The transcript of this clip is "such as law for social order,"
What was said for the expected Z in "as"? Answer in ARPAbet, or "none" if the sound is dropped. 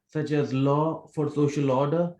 Z